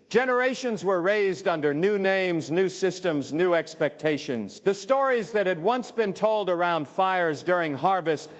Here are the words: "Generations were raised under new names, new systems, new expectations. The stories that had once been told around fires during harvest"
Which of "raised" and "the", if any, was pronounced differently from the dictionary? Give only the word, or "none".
none